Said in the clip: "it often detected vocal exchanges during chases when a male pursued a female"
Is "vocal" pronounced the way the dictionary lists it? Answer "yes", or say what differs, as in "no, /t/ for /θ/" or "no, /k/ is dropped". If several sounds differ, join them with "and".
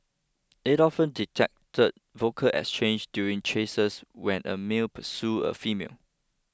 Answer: yes